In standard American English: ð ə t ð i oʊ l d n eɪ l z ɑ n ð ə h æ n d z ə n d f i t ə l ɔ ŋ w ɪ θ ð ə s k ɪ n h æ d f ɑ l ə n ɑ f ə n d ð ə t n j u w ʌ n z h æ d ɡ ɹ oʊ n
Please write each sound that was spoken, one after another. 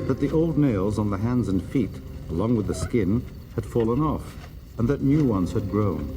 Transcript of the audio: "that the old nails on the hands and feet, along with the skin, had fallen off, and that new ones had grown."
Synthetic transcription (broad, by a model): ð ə t ð i oʊ l d n eɪ l z n ð ə h æ n d z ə n f i t ə l ɔ ŋ w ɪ ð ə s k ɪ n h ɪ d f ɑ l ə n ɑ f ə n ð ə t n j u w ʌ n z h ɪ d ɡ ɹ oʊ n